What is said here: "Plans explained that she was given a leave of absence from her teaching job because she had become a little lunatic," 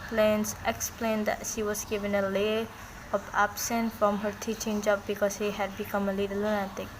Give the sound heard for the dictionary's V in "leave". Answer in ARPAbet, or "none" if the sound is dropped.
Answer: none